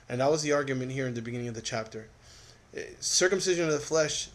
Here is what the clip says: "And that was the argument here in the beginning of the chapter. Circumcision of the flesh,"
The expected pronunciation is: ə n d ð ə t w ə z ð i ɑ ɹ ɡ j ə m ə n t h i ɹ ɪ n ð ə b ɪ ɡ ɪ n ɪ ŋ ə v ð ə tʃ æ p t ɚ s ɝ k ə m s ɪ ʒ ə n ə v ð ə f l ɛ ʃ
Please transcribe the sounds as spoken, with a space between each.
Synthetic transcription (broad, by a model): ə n ð ə t w ə z ð i ɑ ɹ ɡ j ə m ə n t h i ɹ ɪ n ð ə b ɪ ɡ ɪ n ɪ ŋ ə v ð ə tʃ æ p t ɚ s ɝ k ə m s ɪ ʒ ə n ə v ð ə f l ɛ ʃ